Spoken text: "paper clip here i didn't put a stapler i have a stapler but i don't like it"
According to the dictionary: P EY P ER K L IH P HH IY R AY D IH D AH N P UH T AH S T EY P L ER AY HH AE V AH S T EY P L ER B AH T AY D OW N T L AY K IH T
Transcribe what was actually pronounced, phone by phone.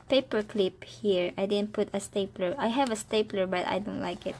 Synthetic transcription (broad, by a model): P EY P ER K L IH P HH IY R AY D IH D AH N P UH T AH S T EY P L ER AY HH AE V AH S T EY P L ER B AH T AY D OW N T L AY K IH T